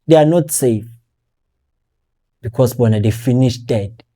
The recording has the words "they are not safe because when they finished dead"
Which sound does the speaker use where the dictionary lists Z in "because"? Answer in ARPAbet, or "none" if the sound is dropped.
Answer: S